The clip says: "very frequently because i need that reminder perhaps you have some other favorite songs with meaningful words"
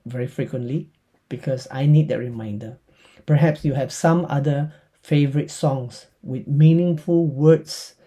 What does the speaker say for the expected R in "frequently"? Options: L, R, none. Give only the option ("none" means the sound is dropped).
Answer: R